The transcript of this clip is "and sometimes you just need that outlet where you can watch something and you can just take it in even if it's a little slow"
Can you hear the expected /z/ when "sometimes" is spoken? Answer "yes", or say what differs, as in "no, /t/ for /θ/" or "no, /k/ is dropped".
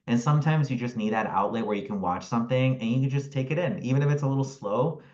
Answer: yes